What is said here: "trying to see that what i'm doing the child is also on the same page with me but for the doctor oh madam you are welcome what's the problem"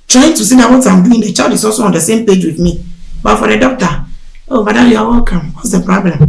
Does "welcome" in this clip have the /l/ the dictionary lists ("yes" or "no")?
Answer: no